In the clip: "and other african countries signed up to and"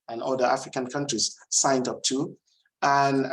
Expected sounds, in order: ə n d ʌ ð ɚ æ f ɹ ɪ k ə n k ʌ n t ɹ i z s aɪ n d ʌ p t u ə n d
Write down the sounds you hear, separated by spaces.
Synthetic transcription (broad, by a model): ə n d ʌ ɑ f ɹ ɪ k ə n k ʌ n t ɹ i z s aɪ n d ʌ p t u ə n